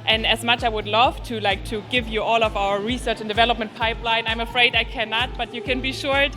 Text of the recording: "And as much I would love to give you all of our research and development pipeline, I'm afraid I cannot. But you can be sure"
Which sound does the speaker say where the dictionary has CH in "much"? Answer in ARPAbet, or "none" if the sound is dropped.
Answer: CH